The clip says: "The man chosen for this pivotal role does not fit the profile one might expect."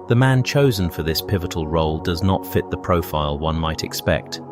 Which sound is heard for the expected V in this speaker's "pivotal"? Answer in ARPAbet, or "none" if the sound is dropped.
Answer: V